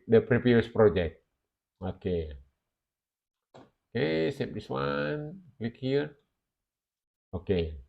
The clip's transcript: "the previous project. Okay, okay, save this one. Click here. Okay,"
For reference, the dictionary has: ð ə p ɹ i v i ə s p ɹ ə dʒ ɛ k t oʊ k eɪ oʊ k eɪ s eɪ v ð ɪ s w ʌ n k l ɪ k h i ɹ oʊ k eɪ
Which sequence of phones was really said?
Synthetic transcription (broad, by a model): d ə p ɹ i p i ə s p ɹ ə dʒ ɛ k t oʊ k eɪ oʊ k eɪ s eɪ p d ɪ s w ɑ n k l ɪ k h i ɹ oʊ k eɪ